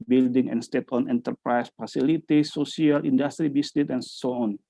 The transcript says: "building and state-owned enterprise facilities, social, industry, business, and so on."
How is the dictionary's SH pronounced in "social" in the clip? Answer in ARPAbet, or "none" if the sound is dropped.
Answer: S